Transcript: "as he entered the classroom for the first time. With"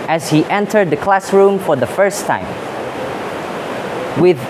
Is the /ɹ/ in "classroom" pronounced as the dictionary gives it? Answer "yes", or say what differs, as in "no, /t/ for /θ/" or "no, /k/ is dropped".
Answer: yes